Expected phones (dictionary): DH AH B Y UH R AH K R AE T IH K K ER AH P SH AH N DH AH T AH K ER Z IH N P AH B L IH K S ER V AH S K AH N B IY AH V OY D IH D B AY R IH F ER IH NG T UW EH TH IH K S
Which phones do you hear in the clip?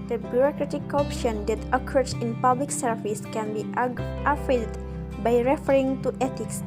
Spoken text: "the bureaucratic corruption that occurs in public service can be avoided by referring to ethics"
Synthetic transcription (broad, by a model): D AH B Y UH R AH K R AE T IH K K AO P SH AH N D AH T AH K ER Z IH N P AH B L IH K S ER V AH S K AH N B IY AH F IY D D B AY R IH F ER IH NG T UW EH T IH K S